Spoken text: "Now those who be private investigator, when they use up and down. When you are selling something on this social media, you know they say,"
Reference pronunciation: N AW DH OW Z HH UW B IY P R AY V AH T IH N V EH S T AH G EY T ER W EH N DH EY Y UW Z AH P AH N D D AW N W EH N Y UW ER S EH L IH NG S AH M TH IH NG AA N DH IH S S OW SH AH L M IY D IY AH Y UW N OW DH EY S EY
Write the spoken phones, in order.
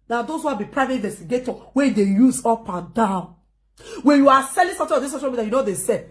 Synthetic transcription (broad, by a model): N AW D OW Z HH UW B IY P R AY V AH T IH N V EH S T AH G EY T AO W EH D EY Y UW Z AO P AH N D D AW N W EH N Y UW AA S EH L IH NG S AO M T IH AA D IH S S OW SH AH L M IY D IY Y UW N OW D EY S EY